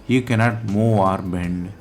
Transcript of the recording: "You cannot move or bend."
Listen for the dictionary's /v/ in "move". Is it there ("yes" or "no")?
no